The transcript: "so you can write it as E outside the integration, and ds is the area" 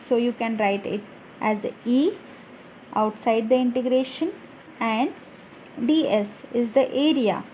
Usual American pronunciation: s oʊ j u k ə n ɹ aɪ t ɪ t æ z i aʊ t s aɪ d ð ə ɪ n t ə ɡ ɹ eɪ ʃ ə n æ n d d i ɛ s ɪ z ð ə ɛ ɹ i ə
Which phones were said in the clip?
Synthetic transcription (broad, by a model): s oʊ j u k ə n ɹ aɪ t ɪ t æ z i aʊ t s aɪ d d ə ɪ n t ə ɡ ɹ eɪ ʃ ə n æ n d d i ɛ s ɪ z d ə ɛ ɹ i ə